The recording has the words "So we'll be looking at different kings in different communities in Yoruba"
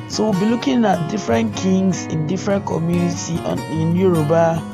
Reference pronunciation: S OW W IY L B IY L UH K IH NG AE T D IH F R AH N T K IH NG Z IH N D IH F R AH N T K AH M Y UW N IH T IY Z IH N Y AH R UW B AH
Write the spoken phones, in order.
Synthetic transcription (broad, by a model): S OW W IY B IY L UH K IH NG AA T D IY F R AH N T K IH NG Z IH N D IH F R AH N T K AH M Y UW N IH T IY IH N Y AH R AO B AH